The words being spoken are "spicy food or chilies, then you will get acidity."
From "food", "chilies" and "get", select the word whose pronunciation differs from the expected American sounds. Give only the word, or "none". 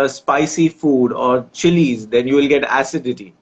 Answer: none